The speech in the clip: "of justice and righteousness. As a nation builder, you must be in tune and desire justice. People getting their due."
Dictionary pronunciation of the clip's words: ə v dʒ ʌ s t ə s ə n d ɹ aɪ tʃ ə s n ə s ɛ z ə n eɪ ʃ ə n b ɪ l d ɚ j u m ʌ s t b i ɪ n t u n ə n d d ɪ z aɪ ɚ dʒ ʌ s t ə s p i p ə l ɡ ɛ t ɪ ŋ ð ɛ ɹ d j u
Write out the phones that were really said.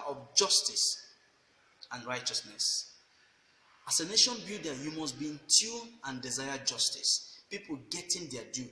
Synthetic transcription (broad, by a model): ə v dʒ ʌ s t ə s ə n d ɹ aɪ tʃ ə s n ə s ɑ s ə n eɪ ʃ ə n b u d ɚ j u m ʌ s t b i ɪ n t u ə n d d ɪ z aɪ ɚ dʒ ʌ s t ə s p i p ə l ɡ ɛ t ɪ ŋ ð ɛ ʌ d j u